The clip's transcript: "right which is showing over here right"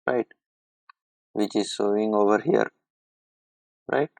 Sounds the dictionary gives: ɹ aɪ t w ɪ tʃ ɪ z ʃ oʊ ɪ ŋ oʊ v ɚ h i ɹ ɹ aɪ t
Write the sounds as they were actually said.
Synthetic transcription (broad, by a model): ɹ aɪ t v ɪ tʃ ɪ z s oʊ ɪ ŋ oʊ v ɚ h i ɹ ɹ aɪ t